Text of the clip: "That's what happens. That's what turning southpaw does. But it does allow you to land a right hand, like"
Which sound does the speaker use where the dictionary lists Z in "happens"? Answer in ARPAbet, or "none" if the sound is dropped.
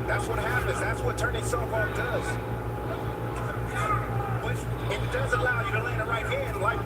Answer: Z